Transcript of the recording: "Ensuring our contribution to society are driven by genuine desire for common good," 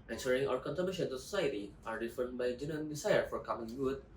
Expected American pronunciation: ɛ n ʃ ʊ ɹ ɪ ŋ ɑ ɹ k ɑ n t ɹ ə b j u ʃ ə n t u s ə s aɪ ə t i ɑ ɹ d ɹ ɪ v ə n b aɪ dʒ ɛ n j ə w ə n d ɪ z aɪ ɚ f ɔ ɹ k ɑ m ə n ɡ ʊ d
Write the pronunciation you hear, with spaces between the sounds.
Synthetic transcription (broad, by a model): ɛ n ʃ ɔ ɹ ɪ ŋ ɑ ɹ k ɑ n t ə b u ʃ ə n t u s ə s aɪ ə t i ɑ ɹ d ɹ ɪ f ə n b aɪ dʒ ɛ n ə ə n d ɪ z aɪ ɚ f ɔ ɹ k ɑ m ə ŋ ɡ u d